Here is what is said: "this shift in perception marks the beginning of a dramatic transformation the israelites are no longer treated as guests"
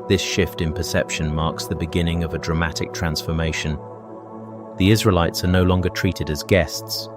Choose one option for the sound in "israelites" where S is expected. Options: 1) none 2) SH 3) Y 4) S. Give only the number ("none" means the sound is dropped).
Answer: 4